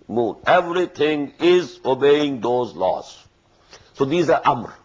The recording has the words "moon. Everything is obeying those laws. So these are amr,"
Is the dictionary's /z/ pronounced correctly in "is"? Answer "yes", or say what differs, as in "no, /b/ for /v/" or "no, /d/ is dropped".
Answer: yes